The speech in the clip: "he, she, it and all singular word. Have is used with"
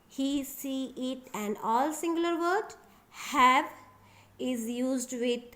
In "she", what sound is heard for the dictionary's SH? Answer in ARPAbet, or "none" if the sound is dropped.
S